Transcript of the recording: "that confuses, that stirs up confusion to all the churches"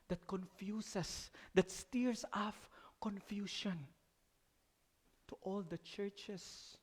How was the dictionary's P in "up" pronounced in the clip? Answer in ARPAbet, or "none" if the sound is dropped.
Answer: F